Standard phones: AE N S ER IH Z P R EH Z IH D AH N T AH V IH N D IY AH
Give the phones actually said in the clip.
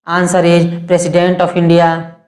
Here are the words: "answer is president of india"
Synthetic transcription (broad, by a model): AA N S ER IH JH P R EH S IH D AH N T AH P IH N D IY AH